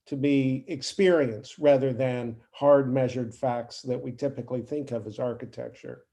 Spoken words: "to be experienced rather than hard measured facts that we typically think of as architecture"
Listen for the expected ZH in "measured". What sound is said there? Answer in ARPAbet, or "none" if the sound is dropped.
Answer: ZH